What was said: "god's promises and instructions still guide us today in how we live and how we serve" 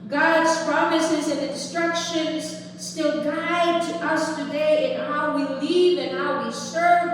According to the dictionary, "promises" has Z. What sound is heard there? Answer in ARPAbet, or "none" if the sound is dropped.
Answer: Z